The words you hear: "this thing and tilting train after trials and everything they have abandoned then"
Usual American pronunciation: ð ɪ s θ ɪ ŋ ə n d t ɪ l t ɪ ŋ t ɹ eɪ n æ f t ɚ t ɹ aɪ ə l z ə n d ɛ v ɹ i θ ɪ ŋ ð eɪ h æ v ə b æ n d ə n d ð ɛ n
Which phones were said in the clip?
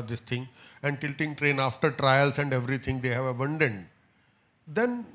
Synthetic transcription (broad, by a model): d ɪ s t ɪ ŋ ə n d t ɪ l t ɪ ŋ t ɹ eɪ n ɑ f t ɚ t ɹ aɪ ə l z ə n d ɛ v ɹ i t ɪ ŋ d eɪ h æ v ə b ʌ n d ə n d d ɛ n